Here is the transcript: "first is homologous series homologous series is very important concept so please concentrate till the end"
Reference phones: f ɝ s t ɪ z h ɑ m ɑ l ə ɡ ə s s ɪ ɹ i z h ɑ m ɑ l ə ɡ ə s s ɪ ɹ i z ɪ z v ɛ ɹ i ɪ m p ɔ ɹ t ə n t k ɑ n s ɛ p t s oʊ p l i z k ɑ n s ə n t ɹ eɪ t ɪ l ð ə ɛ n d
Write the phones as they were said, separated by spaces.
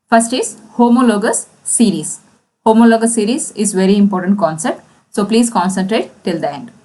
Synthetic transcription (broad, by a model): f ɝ s t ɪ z h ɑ m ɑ l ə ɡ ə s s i ɹ i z h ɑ m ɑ l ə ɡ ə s s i ɹ i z ɪ z v ɛ ɹ i ɪ m p ɔ ɹ t ə n t k ɑ n s ɛ p t s oʊ p l i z k ɑ n s ə n t ɹ eɪ t ɪ l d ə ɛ n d